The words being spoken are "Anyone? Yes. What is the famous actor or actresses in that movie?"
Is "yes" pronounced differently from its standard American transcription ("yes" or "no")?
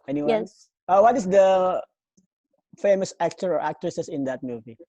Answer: yes